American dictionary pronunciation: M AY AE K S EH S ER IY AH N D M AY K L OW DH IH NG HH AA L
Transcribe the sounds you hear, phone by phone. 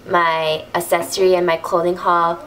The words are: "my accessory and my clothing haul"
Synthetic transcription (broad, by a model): M AY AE S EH S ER IY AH N M AY K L OW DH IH NG HH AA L